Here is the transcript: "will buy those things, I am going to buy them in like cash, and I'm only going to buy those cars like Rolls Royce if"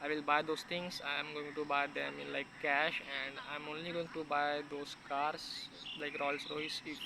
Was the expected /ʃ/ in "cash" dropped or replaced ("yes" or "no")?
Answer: no